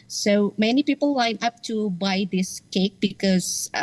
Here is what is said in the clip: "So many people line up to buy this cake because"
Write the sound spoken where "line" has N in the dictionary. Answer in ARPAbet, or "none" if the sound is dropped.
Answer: N